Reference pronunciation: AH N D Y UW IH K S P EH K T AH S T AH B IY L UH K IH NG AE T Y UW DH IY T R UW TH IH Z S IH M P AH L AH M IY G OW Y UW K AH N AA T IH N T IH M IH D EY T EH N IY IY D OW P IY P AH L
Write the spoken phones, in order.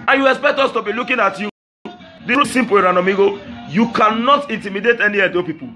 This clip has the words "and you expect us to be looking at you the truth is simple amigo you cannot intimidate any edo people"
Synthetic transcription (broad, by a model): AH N Y UW IH K S P EH K T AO S T AH B IY L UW K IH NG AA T Y UW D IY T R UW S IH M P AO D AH N AH M IY G OW Y UW K AH N AA T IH N T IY M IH D EY T EH N IY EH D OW P IY P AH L